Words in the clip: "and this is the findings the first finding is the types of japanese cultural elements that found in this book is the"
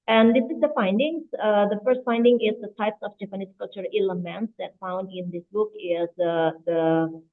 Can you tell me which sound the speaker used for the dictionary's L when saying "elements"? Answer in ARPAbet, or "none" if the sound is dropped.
none